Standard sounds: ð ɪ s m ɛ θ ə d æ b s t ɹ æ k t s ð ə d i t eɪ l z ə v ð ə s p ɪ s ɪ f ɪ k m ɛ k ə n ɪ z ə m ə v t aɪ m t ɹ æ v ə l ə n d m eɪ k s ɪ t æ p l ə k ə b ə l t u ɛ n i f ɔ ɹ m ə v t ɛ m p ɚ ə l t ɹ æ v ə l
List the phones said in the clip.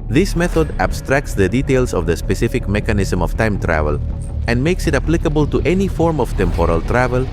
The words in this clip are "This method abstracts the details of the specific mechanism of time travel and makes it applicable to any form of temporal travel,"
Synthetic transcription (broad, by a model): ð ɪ s m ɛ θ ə d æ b s t ɹ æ k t s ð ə d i t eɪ l s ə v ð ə s p ɪ s ɪ f ɪ k m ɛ k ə n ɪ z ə m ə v t aɪ m t ɹ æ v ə l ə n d m eɪ k s ɪ t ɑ p l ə k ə b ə l t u ɛ n i f ɔ ɹ m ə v t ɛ m p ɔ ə l t ɹ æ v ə l